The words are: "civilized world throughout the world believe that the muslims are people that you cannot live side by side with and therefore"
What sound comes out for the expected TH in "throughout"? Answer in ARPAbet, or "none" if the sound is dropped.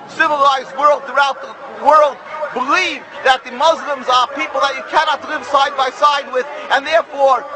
TH